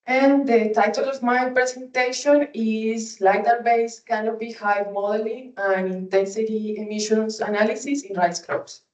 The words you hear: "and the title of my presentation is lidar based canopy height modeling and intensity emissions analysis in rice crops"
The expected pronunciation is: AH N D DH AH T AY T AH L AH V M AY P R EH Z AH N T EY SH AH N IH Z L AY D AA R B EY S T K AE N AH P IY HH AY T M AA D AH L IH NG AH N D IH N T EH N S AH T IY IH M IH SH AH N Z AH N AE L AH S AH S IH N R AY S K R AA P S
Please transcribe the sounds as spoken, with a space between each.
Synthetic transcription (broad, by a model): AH N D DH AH T AY T AH L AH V M AY P R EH S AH N T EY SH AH N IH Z L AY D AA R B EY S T K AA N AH B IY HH AY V M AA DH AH L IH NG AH N IH N T EH N S AH T IY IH M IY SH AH N S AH N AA L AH S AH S IH N R AY S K R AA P S